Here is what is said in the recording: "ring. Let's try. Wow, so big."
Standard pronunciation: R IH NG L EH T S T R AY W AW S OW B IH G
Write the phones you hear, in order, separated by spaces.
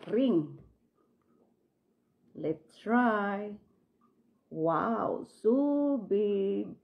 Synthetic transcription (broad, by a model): R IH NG L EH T T R AY W AW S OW B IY